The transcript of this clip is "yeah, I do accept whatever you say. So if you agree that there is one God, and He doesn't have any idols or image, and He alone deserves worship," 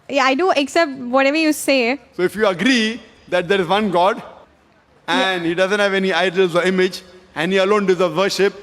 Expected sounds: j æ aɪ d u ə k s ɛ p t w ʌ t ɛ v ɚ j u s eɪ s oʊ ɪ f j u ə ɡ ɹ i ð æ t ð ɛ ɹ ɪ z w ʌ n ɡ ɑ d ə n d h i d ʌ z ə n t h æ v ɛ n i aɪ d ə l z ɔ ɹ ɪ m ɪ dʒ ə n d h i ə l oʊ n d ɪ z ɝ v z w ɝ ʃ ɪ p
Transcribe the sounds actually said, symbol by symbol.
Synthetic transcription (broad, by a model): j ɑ aɪ d u ə k s ɛ p t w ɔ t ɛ v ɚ j u s eɪ s oʊ ɪ f j u ə ɡ ɹ i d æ t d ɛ ɹ ɪ z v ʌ n ɡ ɑ d ə n d h i d ʌ z ə n t h æ v ɛ n i aɪ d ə l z ɔ ɹ ɪ m ɪ dʒ ə n d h i ə l oʊ n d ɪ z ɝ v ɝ ʃ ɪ p